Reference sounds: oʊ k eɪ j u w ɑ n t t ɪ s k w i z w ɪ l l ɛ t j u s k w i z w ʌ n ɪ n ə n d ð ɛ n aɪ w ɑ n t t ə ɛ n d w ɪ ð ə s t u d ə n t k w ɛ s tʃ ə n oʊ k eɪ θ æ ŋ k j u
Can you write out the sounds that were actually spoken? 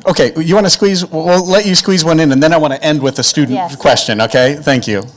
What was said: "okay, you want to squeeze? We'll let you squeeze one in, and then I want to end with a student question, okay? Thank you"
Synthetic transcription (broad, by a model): oʊ k eɪ j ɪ w ɑ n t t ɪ s k w i z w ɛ l l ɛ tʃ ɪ s k w i z w ʌ n ɪ n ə n ð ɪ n aɪ w ɑ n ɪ t ɛ n d w ɪ ð ə s t u d n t k w ɛ s tʃ ə n oʊ k eɪ θ æ ŋ k j u